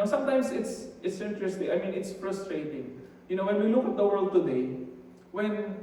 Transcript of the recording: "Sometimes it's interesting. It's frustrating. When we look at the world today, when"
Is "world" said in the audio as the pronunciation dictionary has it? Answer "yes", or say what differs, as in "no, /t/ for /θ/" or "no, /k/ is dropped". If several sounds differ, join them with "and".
yes